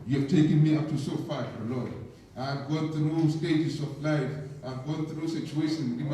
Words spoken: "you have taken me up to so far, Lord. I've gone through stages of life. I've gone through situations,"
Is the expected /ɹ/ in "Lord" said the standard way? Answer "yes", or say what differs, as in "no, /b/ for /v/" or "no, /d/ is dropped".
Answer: no, /l/ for /ɹ/